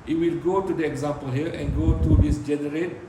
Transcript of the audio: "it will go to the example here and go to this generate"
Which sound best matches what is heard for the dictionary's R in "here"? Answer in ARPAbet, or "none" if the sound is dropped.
L